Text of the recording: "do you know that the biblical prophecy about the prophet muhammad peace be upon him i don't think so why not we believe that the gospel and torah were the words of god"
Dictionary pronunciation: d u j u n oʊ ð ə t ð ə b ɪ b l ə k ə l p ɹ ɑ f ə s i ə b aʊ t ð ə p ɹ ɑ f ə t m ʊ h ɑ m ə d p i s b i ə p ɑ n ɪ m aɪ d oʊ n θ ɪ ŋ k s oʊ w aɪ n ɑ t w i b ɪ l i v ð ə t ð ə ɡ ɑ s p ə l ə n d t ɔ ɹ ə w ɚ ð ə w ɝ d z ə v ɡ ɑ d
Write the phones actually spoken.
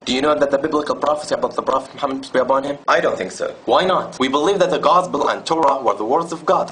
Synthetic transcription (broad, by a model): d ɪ j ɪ n oʊ ð ə t ð ə b ɪ b l ə k ə l p ɹ ɑ f ə s i ə b aʊ t ð ə p ɹ ɑ f ə t m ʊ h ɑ m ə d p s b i ə p ɑ n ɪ m aɪ d oʊ n θ ɪ ŋ k s oʊ w aɪ n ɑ t w i b ɪ l i v ð ə t ð ə ɡ ɑ s p ə l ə n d t ɔ ɹ ə w ɚ ð ə w ɝ d z ə v ɡ ɑ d